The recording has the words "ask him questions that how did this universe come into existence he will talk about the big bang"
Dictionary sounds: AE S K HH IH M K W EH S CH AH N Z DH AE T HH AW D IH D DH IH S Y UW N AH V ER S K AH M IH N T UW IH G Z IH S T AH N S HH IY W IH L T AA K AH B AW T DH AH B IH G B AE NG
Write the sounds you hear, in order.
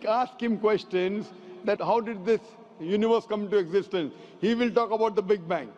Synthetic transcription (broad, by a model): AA S K HH IH M K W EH S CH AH N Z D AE T HH AW D IH D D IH S Y UW N AH V ER S K AH M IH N T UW IH G Z IH S T AH N S HH IY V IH L T AA K AH B AW T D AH B IH G B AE NG